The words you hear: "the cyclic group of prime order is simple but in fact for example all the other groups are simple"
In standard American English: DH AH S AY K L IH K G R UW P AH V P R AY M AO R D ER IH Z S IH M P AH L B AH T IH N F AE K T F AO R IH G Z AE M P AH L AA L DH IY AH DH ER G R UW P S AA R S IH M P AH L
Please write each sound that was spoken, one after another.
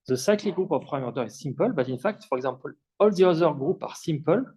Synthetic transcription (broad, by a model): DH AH S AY K L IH G R UW P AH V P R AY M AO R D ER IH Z S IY M P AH L B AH T IH N F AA K T F AO R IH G Z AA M P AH L AA L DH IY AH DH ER G R UW P AA R S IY M P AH L